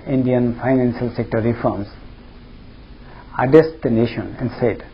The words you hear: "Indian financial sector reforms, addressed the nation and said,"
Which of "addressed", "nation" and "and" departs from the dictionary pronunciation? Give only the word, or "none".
addressed